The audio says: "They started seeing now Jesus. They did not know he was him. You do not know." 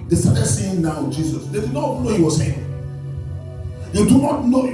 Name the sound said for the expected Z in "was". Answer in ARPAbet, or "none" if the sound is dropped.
S